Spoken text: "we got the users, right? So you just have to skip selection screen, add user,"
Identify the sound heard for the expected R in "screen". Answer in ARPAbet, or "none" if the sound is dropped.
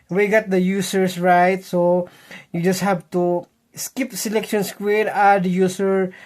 W